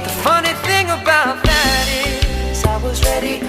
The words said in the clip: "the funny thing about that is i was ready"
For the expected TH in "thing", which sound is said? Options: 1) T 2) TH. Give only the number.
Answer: 2